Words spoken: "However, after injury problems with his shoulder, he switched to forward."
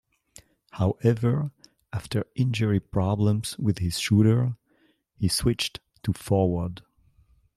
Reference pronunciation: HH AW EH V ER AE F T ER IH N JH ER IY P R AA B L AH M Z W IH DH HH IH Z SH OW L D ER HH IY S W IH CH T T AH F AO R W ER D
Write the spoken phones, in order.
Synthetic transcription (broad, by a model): HH AW EH V ER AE F T ER IH N JH ER IY P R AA B L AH M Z W IH DH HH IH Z SH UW D ER HH IY S W IH CH T T AH F AO R W ER D